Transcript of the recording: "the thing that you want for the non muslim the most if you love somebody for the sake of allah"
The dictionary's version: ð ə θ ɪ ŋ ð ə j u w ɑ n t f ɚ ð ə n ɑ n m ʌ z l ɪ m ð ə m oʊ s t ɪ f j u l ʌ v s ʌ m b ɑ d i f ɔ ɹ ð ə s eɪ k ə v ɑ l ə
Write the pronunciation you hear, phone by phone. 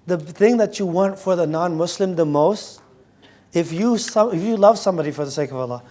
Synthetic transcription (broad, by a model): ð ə θ ɪ ŋ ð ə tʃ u w ɑ n t f ɚ ð ə n ɑ n m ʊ s l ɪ m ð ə m oʊ s t ɪ f j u l ʌ v s ʌ m b ɑ d i f ɔ ɹ ð ə s eɪ k ə v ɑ l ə